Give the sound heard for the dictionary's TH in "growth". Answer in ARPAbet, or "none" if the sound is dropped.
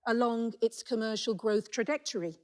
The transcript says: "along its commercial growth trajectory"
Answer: TH